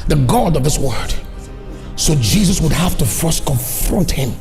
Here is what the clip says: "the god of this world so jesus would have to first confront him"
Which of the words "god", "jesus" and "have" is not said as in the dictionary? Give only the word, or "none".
have